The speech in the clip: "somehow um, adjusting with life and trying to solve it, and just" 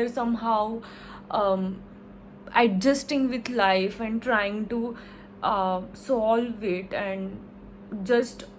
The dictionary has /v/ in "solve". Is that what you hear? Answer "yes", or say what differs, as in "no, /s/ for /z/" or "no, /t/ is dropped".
yes